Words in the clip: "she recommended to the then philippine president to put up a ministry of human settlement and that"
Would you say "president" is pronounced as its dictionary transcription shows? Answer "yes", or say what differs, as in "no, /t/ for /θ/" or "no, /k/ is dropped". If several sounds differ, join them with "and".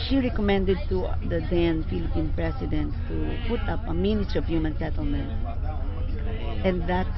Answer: no, /s/ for /z/